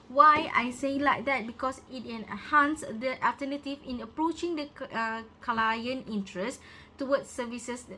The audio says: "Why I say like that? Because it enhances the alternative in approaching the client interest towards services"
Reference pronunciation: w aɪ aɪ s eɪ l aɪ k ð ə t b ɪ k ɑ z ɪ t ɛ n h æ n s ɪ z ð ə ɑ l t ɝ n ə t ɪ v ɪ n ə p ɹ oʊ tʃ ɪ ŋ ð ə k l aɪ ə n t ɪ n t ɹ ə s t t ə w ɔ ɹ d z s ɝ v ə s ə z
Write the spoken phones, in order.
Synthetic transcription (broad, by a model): w aɪ aɪ s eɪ l aɪ k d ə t b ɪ k ɑ s ɪ t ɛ n h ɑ n s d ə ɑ l t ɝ n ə t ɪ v ɪ n ə p ɹ oʊ tʃ ɪ ŋ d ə k l aɪ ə n ɪ n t ɹ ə s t t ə w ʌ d s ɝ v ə s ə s